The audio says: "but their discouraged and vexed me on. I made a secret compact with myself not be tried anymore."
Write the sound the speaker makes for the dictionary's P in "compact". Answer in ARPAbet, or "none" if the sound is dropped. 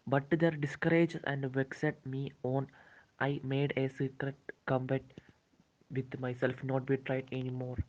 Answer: B